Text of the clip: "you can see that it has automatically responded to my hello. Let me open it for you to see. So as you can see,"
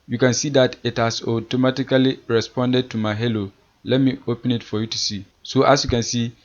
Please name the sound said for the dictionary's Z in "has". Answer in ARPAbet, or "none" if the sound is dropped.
S